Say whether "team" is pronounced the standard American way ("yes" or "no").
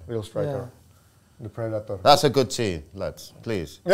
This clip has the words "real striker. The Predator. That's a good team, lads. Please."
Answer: no